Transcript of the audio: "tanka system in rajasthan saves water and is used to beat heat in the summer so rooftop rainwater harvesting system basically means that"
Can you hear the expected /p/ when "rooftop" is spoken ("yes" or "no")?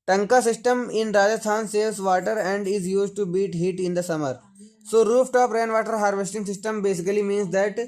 yes